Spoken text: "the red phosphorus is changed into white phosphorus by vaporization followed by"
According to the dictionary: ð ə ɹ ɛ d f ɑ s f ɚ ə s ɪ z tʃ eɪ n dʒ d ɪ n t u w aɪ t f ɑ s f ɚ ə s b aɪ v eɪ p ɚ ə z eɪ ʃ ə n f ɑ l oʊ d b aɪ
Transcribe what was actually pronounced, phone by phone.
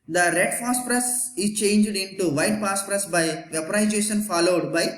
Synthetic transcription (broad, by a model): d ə ɹ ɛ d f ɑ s p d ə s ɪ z tʃ eɪ n dʒ d ɪ n t u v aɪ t p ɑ s p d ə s b aɪ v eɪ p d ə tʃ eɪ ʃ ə n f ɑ l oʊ d b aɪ